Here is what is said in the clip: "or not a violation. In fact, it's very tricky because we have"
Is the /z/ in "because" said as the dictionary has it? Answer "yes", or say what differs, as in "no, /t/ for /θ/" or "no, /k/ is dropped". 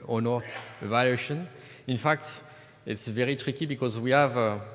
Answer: yes